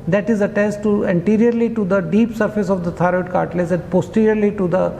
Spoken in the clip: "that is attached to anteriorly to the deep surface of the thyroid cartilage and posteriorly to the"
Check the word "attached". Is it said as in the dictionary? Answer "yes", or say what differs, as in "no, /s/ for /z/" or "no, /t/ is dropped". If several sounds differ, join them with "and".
no, /s/ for /tʃ/